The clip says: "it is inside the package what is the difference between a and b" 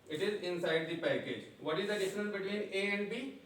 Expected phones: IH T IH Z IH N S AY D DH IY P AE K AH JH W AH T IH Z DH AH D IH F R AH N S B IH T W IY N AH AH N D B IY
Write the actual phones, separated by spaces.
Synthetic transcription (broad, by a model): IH T IH Z IH N S AY D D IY P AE K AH JH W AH T IH Z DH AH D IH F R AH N B IH T W IY N AH AH N D B IY